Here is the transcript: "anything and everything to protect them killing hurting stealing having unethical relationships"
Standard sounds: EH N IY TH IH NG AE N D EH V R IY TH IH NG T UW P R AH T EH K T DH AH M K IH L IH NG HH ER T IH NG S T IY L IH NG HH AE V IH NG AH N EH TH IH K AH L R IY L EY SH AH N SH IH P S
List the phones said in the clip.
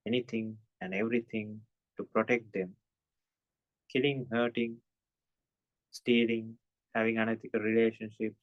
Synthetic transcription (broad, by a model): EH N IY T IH NG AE N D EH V R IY T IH NG T UW P R AH T EH K T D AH M K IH L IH NG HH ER T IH NG S T IY L IH NG HH AE V IH NG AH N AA T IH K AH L R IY L EY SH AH N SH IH P S